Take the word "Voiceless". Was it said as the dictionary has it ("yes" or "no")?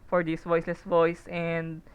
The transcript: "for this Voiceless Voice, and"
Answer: yes